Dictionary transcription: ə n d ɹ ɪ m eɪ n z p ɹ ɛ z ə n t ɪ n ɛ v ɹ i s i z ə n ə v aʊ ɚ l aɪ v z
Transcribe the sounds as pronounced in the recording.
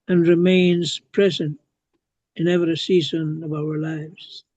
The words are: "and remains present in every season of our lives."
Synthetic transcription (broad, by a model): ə n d ɹ ɪ m eɪ n z p ɹ ɛ z ə n t ɪ n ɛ v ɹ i s i z ə n ə v aʊ ɚ l aɪ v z